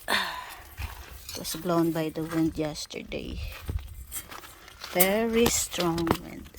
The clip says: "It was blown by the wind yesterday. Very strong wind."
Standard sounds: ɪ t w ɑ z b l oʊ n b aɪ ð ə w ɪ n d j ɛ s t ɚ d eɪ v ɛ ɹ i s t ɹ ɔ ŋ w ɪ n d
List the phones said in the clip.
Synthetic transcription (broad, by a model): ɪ t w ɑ s b l oʊ n b aɪ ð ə w ɪ n d j ɛ s t ɚ d eɪ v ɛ ɹ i s t ɹ ɔ ŋ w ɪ n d